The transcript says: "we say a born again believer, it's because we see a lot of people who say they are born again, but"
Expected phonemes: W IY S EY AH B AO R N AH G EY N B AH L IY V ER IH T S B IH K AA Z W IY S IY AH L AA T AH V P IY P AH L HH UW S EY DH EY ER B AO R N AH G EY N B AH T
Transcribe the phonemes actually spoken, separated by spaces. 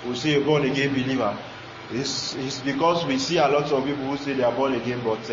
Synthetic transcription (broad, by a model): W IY S EY AH B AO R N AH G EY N B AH L IY V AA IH S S B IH K AA S W IY S IY AH L AA T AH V P IY P AH L HH UW S EY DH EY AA B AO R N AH G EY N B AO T